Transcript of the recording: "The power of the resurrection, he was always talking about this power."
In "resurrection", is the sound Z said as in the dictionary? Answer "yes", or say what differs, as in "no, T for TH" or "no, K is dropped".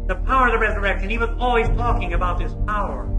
yes